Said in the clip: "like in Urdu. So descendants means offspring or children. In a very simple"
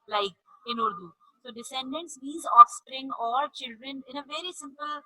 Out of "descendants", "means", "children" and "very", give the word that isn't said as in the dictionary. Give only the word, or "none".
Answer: means